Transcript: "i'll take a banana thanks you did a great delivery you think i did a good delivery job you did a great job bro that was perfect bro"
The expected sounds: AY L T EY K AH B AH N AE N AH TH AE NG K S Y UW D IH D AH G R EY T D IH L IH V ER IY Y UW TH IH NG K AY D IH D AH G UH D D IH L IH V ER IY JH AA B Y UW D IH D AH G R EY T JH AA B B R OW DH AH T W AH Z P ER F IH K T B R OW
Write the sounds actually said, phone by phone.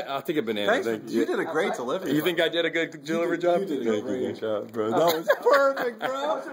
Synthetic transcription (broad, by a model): AY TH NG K AH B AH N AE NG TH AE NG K Y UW D IH D AH G R EY T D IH L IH V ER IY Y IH TH IH NG K AY D IH D AH G UH D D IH L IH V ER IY JH AA B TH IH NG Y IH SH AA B B R OW DH AH T W AH Z P ER F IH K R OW